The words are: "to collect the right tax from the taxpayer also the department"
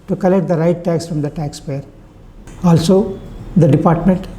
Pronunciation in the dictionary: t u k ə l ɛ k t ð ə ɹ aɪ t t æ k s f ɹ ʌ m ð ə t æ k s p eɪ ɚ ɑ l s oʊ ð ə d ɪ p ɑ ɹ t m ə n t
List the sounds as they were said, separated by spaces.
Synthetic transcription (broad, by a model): t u k ə l ɛ k t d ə ɹ aɪ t t æ k s f ɹ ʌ m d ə t æ k s p eɪ ɚ ɑ l s oʊ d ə d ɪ p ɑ ɹ t m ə n t